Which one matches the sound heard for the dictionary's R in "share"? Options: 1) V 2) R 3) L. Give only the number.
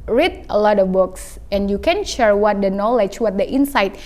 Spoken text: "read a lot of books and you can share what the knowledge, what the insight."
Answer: 2